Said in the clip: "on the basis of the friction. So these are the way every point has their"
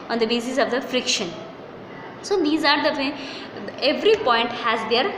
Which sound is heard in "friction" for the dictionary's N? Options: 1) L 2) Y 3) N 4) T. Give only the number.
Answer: 3